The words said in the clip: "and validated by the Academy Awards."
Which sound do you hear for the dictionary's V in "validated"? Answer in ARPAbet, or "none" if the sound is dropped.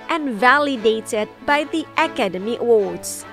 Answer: V